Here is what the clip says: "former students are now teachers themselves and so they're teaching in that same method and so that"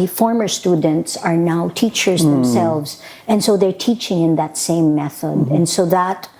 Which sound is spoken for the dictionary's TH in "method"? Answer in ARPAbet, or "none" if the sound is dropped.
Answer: TH